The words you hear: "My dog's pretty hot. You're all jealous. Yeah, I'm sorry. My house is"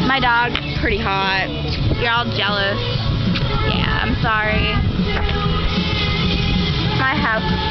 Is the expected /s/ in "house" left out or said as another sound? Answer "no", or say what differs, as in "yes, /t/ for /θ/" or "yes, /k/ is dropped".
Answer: yes, /s/ is dropped